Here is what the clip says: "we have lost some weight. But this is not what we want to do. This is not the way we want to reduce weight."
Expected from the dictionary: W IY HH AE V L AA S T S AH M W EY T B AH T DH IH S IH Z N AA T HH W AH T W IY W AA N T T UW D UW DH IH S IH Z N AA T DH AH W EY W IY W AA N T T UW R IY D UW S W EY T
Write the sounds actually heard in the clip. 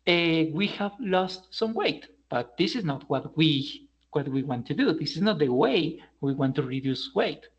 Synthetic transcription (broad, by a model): W IY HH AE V L AA S T S AH M W EY T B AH T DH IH S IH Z N AA T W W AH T W IY W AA N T T UW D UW DH IH S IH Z N AA T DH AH W EY W IY W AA N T T UW R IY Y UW S W EY T